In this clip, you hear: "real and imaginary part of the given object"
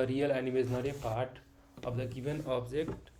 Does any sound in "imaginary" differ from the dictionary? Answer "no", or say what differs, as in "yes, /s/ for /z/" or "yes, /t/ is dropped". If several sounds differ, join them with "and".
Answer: yes, /dʒ/ is dropped